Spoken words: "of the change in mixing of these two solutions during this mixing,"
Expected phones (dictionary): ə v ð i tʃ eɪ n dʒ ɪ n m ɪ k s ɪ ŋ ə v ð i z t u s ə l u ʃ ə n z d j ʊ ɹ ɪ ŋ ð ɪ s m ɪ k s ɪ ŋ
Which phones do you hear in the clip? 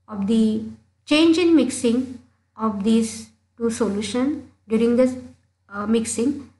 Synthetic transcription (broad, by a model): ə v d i tʃ eɪ n dʒ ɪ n m ɪ k s ɪ ŋ ə v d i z t u s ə l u ʃ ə n d j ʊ ɹ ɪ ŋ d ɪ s m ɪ k s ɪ ŋ